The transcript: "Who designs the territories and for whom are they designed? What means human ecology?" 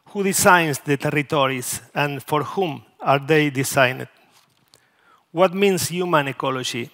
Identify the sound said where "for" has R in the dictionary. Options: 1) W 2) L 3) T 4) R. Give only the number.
4